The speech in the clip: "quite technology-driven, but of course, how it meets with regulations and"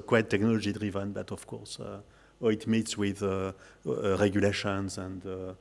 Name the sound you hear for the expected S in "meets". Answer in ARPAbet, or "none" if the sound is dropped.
S